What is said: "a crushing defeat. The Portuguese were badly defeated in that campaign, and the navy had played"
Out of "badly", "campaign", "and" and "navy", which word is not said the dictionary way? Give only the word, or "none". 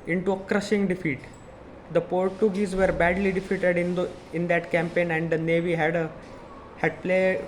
none